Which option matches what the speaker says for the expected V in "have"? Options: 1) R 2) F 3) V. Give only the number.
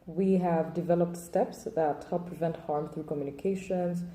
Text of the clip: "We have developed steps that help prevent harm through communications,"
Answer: 3